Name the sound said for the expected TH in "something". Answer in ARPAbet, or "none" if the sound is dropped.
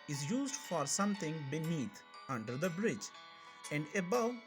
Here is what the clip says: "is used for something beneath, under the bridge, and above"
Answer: T